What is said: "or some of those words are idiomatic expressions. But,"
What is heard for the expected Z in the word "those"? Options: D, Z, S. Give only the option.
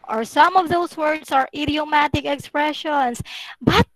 S